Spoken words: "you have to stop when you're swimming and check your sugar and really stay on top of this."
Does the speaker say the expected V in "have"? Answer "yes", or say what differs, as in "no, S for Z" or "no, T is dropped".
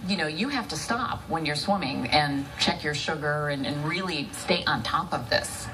no, F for V